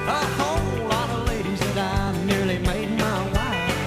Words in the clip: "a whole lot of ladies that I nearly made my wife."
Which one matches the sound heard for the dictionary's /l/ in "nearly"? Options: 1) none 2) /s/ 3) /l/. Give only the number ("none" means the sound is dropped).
3